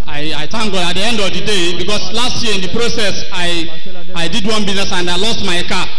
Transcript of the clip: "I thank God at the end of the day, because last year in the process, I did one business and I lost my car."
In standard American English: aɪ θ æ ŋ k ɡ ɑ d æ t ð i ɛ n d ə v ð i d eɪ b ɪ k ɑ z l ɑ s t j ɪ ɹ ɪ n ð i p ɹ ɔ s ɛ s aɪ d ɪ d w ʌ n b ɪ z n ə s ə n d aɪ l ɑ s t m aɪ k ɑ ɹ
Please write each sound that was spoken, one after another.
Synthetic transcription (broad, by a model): aɪ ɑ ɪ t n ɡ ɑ ɑ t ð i ɛ n d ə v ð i d eɪ b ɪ k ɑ s l ɑ s t j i ɪ n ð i p ɹ ɔ s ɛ s aɪ d ɪ d w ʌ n b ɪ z n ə s ə n d aɪ l ɑ s t m aɪ k ɑ